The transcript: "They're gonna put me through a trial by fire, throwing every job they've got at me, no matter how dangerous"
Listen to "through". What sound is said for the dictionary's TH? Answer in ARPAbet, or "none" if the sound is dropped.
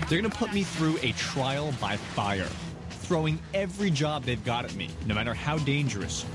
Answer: TH